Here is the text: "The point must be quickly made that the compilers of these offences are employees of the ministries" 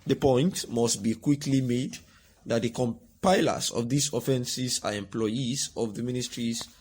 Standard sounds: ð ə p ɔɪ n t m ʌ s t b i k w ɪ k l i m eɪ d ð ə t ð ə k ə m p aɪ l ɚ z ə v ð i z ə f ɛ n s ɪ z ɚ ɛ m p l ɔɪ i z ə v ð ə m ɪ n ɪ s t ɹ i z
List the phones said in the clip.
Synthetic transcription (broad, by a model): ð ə p ɔɪ n t m ʌ s t b i k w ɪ k l i m eɪ d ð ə t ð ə k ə m p aɪ l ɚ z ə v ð i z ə f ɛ n s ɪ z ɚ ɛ m p l ɔɪ i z ə v ð ə m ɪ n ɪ s t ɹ i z